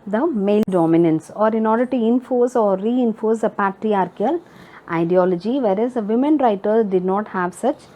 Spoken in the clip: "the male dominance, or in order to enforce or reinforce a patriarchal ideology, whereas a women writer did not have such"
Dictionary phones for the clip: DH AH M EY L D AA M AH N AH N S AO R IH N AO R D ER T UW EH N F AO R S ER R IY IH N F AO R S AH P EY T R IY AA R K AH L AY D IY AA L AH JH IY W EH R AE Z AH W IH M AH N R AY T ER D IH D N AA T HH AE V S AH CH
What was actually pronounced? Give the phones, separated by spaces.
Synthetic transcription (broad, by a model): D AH M EY L D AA M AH N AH N S AO R IH N AO R D ER T UW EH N F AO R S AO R IY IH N F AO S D AH P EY T R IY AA R K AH L AY D IY AA L AH JH IY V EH R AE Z AH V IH M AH N R AY T ER D IH D N AA T HH AE V S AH CH